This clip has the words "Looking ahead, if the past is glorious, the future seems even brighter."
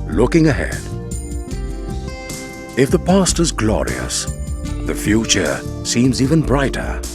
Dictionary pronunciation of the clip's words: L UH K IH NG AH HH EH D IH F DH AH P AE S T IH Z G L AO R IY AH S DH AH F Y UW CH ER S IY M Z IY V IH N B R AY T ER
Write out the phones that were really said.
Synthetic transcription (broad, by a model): L UH K IH NG AH HH EH D IH F DH AH P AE S T IH Z G L AO R IY AH S DH AH F Y UW CH ER S IY M Z IY V IH N B R AY T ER